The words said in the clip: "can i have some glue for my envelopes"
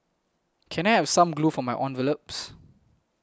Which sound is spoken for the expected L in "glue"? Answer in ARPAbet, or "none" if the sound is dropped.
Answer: L